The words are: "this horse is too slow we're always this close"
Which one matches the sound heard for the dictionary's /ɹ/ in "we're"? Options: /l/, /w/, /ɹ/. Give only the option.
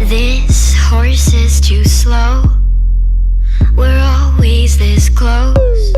/ɹ/